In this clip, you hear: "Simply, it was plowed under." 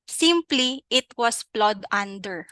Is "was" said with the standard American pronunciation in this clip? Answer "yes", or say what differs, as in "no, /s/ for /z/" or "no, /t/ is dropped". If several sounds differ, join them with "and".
no, /s/ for /z/